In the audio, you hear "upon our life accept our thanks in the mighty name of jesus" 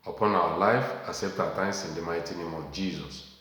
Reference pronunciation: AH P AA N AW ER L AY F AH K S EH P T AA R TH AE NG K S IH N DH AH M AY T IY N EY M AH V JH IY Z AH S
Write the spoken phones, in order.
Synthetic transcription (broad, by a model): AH P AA N AW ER L AY F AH S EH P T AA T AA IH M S IH N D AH M AY T IY N EY M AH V JH IY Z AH S